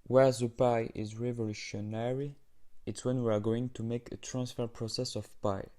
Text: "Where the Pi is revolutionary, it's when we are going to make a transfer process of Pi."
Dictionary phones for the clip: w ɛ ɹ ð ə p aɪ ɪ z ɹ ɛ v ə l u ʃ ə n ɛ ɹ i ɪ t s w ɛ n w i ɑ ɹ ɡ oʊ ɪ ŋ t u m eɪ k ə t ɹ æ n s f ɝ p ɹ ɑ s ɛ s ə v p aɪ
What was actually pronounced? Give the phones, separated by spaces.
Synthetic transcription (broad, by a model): w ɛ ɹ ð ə p aɪ ɪ z ɹ ɛ v ə l u ʃ ə n ɛ ɹ i ɪ t s w ɛ n w i ɑ ɹ ɡ oʊ ɪ ŋ t u m eɪ k ə t ɹ æ n s f ɝ p ɹ ɑ s ɛ s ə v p aɪ